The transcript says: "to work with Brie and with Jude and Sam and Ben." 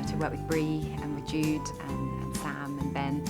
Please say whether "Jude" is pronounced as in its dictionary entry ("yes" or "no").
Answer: yes